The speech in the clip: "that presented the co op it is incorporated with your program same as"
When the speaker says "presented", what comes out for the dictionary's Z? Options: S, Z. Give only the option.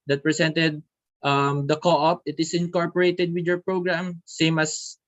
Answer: S